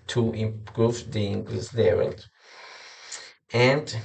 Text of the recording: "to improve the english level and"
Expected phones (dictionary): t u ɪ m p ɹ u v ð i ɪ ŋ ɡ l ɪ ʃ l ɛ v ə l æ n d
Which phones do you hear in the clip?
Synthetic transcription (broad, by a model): t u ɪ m p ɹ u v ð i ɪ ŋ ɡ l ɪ s l ɛ v ə l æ n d